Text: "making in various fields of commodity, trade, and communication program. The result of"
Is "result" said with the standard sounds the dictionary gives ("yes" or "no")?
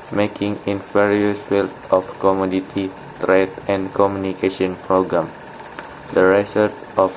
no